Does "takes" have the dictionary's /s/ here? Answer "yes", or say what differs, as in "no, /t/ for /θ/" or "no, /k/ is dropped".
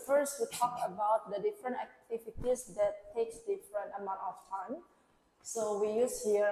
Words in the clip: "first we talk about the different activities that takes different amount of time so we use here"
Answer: yes